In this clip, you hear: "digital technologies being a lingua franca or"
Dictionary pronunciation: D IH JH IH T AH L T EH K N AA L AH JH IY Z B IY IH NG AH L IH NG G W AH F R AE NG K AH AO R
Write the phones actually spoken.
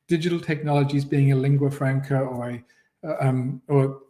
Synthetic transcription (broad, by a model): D IH JH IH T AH L T EH K N AA L AH JH IY Z B IY IH NG AH L IH NG G W AH F R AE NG K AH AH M